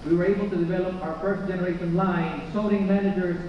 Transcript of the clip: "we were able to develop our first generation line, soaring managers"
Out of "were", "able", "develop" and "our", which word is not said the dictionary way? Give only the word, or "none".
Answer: none